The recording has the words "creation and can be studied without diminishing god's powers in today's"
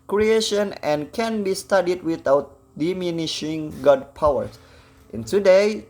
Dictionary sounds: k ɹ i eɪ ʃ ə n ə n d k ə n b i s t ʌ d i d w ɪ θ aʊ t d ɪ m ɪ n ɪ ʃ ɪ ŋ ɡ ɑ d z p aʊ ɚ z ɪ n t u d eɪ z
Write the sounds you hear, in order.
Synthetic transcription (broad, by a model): k ɹ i eɪ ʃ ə n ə n k ə n b i s t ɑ d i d w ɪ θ aʊ t d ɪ m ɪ n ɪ ʃ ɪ ŋ ɡ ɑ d p aʊ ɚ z ɪ n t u d eɪ